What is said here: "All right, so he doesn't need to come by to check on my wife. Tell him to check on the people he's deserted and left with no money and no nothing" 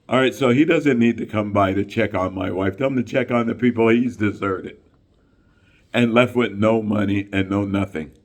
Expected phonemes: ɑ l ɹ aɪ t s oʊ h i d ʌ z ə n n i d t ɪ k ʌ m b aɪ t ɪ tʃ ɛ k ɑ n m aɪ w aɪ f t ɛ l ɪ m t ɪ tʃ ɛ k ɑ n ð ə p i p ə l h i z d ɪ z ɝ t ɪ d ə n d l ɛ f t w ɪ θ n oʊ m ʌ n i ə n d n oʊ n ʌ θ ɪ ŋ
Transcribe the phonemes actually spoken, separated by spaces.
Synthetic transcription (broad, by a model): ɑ l ɹ aɪ t s oʊ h i d ʌ z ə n n i d t ɪ k ʌ m b aɪ t ɪ tʃ ɛ k n m aɪ w aɪ f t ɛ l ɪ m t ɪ tʃ ɛ k n ð ə p i p l h i z d ɪ z ɝ t ɪ d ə n l ɛ f t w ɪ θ n oʊ m ʌ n i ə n n oʊ n ʌ θ ɪ ŋ